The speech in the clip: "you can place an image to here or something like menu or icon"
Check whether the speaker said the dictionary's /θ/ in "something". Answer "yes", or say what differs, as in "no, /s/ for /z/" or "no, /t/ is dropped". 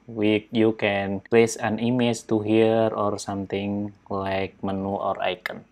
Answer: no, /t/ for /θ/